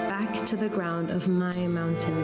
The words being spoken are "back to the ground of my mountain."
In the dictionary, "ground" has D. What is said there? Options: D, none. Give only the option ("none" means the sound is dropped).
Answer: D